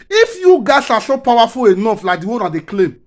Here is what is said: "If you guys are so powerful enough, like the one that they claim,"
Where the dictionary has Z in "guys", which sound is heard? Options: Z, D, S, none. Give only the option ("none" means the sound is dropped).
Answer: S